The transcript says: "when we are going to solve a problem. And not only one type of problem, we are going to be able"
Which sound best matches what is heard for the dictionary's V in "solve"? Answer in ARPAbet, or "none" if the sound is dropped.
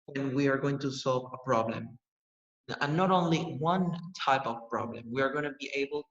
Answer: V